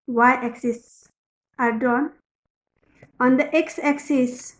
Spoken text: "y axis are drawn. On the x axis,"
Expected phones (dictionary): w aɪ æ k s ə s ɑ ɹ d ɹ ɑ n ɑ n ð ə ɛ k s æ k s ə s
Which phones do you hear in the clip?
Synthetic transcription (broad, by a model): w aɪ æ k s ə s ɑ ɹ d ɑ n ɑ n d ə ɛ k s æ k s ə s